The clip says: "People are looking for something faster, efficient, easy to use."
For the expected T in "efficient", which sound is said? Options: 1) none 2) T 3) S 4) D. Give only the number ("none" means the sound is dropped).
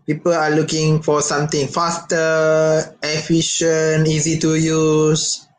1